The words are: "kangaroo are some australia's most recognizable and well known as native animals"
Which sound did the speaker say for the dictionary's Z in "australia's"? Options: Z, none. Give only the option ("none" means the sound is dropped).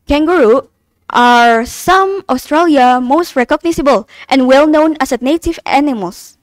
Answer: none